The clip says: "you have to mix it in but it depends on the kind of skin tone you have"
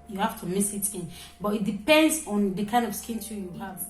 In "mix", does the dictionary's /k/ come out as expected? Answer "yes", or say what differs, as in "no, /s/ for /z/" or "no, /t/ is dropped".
no, /k/ is dropped